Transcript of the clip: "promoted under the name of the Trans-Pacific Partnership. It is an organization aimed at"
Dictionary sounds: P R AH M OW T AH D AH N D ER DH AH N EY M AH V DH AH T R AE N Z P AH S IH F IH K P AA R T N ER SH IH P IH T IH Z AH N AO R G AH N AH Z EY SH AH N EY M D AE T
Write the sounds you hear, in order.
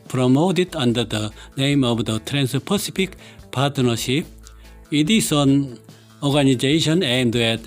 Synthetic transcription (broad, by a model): P R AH M OW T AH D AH N D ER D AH N EY M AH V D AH T R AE N S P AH S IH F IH K P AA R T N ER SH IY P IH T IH S AH N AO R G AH N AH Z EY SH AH N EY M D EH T